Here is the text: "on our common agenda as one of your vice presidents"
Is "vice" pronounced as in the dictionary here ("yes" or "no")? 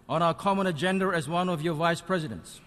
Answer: yes